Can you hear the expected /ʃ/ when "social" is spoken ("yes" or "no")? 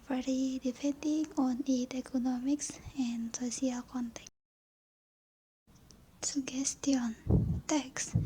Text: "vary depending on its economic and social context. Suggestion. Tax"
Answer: no